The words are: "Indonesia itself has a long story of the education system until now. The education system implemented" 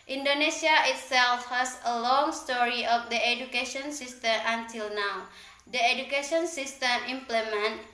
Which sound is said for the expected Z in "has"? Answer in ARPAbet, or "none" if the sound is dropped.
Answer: S